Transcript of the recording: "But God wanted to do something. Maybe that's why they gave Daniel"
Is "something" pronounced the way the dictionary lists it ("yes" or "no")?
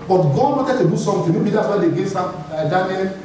no